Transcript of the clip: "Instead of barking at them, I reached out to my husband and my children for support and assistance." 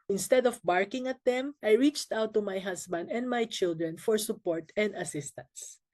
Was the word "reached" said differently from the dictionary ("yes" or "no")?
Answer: no